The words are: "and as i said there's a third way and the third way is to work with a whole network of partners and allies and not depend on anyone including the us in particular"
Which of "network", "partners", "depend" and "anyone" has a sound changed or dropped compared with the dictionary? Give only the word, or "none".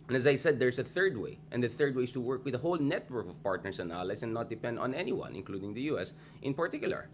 partners